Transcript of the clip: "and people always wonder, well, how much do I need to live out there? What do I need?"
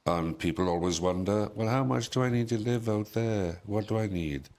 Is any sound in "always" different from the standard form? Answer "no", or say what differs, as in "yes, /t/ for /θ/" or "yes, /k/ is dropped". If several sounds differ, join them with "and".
no